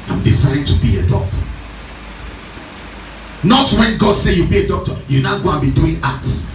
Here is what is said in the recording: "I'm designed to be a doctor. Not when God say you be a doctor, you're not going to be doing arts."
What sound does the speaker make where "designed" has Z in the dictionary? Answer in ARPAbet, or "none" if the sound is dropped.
S